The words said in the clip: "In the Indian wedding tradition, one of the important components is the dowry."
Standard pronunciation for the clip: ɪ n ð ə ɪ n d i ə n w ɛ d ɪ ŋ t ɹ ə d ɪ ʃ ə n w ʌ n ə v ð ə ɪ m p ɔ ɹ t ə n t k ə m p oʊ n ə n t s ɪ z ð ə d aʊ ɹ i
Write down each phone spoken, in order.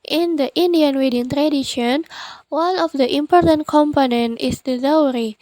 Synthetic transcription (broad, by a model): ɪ n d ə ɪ n d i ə n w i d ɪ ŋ t ɹ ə d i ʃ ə n w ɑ n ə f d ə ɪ m p ɔ ɹ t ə n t k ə m p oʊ n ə n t ɪ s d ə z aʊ ɹ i